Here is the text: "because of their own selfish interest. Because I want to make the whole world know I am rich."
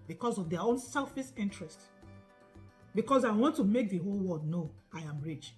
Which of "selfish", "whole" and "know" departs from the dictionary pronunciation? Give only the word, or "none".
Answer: selfish